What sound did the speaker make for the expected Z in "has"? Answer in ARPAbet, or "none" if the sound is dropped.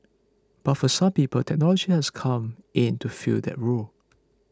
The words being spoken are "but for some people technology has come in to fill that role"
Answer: S